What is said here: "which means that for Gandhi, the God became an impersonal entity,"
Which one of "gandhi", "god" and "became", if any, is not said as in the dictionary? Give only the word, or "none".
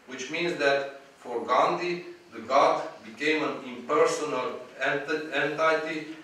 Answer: none